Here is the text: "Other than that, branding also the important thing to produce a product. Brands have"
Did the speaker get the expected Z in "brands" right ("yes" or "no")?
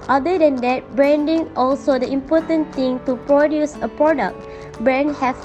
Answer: no